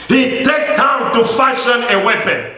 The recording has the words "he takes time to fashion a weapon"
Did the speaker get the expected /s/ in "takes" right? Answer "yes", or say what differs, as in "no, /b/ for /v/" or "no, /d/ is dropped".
no, /s/ is dropped